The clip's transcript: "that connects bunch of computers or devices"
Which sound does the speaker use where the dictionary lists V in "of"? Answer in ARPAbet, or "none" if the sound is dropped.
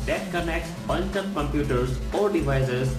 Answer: P